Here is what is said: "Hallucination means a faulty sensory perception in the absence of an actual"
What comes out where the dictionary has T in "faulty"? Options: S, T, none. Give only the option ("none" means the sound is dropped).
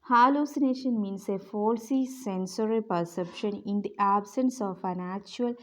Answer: S